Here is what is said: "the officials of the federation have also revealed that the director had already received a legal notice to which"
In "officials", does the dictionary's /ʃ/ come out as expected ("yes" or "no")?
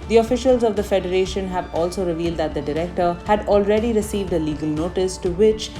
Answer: yes